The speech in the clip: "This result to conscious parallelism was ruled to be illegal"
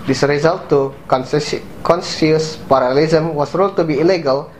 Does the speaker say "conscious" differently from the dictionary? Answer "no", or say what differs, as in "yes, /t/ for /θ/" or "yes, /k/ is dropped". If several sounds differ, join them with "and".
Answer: yes, /s/ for /ʃ/